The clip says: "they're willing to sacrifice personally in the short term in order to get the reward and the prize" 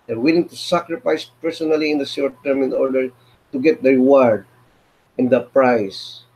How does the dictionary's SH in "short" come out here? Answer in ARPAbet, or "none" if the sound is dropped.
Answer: S